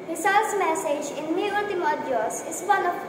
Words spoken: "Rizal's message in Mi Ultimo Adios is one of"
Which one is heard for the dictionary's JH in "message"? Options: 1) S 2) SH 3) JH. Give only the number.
3